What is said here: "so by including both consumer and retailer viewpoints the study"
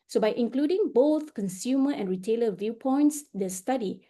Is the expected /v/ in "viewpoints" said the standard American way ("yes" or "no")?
yes